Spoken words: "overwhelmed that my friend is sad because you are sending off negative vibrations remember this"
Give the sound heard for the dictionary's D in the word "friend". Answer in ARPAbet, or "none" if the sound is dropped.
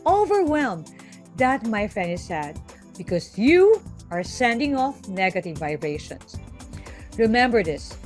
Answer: none